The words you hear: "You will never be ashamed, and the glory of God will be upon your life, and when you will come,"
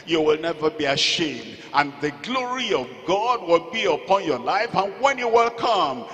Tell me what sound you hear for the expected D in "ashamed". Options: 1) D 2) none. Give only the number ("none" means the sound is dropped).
1